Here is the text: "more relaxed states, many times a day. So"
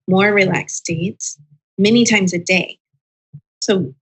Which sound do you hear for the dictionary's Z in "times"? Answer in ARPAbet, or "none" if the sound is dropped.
Z